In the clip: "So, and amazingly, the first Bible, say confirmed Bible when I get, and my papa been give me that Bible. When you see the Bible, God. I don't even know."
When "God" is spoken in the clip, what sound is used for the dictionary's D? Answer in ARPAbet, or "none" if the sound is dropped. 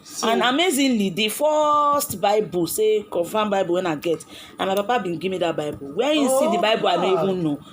none